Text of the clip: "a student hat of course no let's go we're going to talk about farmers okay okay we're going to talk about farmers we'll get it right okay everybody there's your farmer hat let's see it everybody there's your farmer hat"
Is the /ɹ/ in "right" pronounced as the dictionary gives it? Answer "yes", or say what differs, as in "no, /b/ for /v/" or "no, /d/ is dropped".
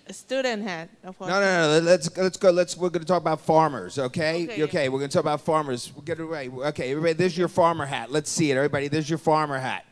no, /w/ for /ɹ/